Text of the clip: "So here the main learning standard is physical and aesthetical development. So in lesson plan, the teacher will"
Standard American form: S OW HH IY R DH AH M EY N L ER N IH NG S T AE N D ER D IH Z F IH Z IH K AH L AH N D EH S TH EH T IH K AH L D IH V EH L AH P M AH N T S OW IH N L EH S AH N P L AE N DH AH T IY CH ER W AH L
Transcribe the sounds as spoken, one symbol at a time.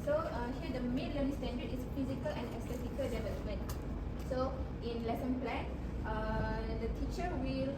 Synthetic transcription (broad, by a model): S OW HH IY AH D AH M EY N L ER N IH S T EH N D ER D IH S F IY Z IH K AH L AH N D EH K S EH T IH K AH L D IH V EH L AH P M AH N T S OW IH N L EH S AH N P L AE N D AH T IY CH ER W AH L